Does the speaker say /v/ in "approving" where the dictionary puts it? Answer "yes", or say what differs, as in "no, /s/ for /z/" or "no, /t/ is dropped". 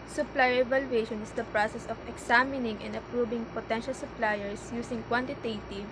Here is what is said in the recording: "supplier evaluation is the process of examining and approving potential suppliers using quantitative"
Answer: no, /b/ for /v/